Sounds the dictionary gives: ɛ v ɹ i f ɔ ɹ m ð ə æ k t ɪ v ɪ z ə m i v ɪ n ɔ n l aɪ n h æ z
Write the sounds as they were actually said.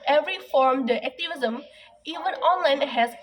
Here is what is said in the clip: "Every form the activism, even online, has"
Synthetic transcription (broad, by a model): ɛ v ɹ i f ɔ ɹ m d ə æ k t ɪ v ɪ z ə m i v ɪ n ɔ n l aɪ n h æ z